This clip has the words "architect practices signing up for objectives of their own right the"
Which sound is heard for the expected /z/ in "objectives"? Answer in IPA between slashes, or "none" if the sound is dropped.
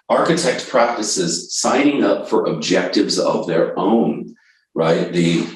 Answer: /z/